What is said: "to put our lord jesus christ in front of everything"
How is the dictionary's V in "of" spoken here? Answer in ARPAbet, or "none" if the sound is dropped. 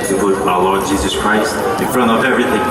V